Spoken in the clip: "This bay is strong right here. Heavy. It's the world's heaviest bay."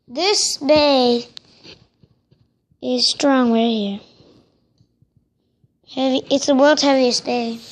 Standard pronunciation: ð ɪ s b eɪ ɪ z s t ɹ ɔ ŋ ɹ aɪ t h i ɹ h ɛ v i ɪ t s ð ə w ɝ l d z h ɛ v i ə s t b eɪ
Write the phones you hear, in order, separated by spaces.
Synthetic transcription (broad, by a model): ð ɪ s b eɪ ɪ z s t ɹ ɔ ŋ w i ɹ h i ɹ h ɛ v i ɪ t s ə w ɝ l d h ɛ v i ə s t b eɪ